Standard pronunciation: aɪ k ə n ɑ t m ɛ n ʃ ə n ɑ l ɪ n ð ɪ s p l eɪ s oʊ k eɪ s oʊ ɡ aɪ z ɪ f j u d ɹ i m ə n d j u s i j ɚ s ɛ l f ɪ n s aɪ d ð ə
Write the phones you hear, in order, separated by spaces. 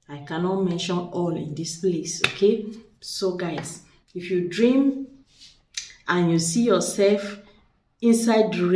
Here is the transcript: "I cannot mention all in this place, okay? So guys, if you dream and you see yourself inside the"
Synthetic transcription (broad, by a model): aɪ k ə n ɑ t m ɛ n ʃ ə n ɑ l ɪ n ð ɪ s p l eɪ s oʊ k eɪ s oʊ ɡ aɪ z ɪ f j u d ɹ i m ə n j u s i j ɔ s ɛ l f ɪ n s aɪ d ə